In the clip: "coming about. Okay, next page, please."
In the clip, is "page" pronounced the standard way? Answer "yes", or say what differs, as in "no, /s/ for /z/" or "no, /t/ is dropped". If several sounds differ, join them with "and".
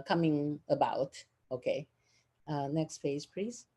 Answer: no, /f/ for /p/ and /z/ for /dʒ/